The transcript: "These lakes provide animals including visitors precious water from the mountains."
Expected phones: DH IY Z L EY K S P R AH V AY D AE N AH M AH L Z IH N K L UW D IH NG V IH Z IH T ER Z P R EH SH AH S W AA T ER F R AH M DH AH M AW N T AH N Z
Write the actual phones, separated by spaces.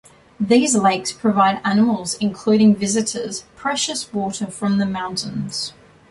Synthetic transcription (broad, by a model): DH IY Z L EY K S P R AH V AY D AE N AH M AH L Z IH N K L UW D IH NG V IH Z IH T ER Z P R EH SH AH S W AA T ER F R AH M DH AH M AW N T AH N Z